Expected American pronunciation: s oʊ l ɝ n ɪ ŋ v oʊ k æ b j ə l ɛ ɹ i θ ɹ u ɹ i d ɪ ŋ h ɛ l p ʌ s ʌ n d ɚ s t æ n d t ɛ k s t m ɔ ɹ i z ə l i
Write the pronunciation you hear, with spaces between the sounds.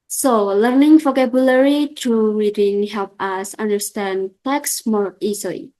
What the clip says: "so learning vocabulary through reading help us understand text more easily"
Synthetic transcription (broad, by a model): s oʊ l ɝ n ɪ ŋ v oʊ k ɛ b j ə l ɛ ɹ i t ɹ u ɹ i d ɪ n h ɛ l p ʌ s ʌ n d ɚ s t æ n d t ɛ k s m ɔ ɹ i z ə l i